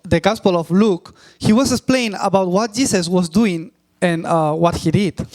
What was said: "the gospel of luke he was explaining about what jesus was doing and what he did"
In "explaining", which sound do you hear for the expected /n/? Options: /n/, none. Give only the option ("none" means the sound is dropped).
none